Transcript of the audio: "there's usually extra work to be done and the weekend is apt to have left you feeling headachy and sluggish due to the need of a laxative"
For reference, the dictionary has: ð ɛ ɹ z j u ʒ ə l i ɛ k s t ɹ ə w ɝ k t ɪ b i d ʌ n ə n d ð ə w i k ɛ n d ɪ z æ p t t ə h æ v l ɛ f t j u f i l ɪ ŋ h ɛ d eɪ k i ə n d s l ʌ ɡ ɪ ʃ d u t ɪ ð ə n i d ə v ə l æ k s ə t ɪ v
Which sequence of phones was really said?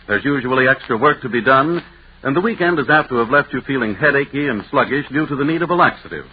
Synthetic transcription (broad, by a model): ð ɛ ɹ z j u ʒ ə l i ɛ k s t ɹ ə w ɝ k t ɪ b i d ʌ n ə n ð ə w i k ɛ n d ɪ z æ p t t ə v l ɛ f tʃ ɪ f i l ɪ ŋ h ɛ d eɪ k i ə n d s l ʌ ɡ ɪ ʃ d u t ɪ ð ə n i d ə v ə l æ k s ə t ɪ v